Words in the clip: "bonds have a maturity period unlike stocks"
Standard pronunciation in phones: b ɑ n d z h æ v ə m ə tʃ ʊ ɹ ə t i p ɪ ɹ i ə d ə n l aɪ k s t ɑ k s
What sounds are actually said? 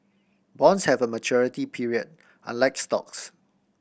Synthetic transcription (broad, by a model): b ɑ n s h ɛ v ə m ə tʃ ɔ ɹ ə t i p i ɹ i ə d ə n l aɪ k s t ɑ k s